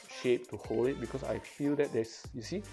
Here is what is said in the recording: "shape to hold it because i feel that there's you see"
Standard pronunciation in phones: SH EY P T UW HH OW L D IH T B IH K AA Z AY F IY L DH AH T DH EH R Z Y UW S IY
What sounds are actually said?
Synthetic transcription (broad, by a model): SH EY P T UW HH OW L IH T B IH K AA S AY F IY L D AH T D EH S Y UW S IY